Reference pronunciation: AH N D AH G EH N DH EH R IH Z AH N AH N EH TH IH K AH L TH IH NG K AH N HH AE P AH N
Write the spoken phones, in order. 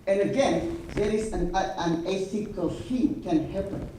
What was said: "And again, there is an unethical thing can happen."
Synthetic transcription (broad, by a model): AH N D AH G EH N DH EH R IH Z AH N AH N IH S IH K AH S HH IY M K AH N HH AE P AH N